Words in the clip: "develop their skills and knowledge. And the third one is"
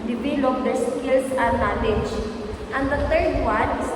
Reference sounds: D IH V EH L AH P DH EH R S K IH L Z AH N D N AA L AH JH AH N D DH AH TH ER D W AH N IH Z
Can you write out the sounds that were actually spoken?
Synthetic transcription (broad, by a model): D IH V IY L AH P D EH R S K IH L S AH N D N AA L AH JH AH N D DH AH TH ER D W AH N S